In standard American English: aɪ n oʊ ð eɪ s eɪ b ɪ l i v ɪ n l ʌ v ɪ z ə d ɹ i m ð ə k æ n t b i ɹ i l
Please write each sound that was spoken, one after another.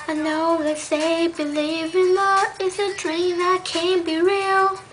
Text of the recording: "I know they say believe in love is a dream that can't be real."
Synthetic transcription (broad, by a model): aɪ n oʊ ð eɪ s eɪ b ɪ l i v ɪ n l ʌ ɪ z ə d ɹ i m ð ə k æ n b i ɹ i l